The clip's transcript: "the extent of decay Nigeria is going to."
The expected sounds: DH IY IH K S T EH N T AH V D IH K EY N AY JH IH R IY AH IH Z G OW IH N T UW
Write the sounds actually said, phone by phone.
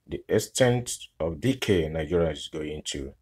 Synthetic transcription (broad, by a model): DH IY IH S T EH N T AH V D IH K EY N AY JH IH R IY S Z G OW IH N T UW